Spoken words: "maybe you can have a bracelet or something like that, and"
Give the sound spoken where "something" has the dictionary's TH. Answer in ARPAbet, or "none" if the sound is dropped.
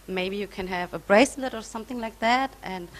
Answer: TH